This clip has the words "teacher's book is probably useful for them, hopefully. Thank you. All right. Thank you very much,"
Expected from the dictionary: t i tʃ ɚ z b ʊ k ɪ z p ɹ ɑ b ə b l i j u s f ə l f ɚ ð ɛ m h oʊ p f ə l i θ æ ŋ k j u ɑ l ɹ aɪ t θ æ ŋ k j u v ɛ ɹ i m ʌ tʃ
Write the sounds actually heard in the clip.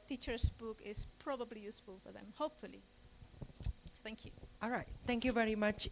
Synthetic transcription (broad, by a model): t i tʃ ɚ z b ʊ k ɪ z p ɹ ɑ b ə b l i j u s f ə l f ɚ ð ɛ m h oʊ p f ə l i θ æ ŋ k j u ɑ l ɹ aɪ t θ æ ŋ k j u v ɛ ɹ i m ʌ tʃ